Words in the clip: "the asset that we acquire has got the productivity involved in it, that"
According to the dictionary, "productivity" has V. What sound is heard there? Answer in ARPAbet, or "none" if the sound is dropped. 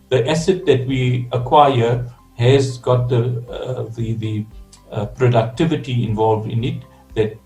V